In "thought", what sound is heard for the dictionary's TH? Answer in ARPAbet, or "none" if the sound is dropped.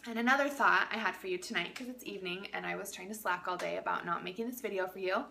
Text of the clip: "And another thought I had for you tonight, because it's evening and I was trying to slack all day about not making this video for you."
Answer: TH